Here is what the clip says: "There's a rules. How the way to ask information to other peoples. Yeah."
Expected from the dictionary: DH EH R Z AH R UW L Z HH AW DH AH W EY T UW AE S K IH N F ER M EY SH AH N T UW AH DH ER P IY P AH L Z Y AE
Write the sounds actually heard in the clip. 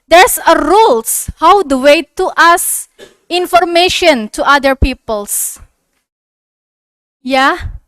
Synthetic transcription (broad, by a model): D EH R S AH R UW L S HH AW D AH W EY T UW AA S IH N F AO M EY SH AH N T UW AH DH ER P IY P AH L S Y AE